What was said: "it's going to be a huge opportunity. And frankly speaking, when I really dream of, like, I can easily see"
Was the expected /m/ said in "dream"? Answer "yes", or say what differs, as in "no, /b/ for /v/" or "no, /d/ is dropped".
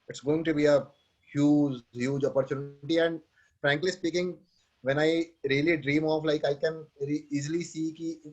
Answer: yes